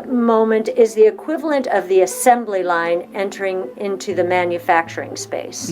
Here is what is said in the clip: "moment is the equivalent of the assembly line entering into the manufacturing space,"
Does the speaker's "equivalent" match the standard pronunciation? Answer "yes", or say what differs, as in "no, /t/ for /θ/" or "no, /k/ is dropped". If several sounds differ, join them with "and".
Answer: yes